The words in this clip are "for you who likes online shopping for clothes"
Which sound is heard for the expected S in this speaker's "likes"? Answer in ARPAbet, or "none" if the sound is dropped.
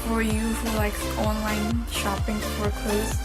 none